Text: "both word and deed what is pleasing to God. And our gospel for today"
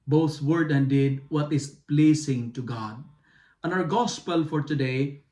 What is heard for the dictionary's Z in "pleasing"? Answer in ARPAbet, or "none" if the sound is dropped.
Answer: S